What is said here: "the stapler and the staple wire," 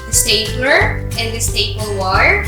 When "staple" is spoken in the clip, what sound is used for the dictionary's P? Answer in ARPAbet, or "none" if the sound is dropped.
B